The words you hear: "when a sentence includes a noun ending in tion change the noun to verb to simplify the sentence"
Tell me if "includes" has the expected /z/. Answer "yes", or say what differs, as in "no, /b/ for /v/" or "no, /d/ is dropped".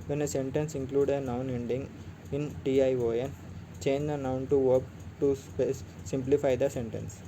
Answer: no, /z/ is dropped